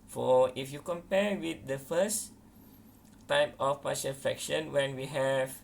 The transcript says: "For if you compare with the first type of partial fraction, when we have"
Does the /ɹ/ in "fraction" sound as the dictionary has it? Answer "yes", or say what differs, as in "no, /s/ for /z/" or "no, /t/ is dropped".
no, /ɹ/ is dropped